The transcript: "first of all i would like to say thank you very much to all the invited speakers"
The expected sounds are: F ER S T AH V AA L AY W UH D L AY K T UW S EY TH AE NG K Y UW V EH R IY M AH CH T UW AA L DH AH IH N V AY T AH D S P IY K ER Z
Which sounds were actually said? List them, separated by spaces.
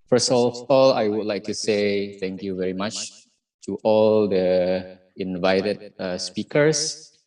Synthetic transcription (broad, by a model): F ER S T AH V AA L AY W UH D L AY K T UW S EY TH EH NG K Y UW V EH R IY M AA CH T UW AA L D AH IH N V AY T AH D S P IY K ER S